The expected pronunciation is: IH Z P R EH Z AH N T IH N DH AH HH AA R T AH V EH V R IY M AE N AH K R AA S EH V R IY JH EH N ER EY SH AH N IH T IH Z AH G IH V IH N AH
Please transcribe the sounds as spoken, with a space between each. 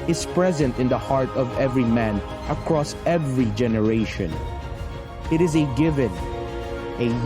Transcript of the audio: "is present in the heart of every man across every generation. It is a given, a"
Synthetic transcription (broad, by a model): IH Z P R EH Z AH N T IH N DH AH HH AA R T AH V EH V R IY M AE N AH K R AA S EH V R IY JH EH N ER EY SH AH N IH T IH Z AH G IH V IH N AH